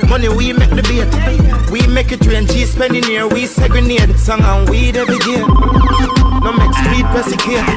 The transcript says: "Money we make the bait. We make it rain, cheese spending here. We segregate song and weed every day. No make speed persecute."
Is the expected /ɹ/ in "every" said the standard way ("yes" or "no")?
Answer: no